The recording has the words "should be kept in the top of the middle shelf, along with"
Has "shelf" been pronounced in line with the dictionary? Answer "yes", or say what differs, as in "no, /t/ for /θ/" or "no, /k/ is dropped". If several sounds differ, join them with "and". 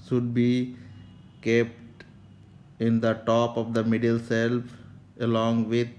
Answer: no, /s/ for /ʃ/